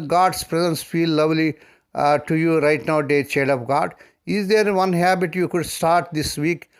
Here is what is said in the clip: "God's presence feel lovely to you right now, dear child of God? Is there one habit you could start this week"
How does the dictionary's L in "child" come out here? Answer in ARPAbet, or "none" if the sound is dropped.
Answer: none